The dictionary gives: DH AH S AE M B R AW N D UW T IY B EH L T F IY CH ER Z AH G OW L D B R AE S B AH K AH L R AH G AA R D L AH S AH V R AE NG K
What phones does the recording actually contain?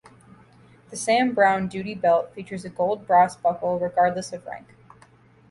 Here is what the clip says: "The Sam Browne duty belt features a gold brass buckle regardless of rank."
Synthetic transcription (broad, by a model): DH AH S AE M B R AW N D UW T IY B EH L T F IY CH ER Z AH G OW L D B R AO S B AH K L R AH G AA R D L AH S AH V R AE NG K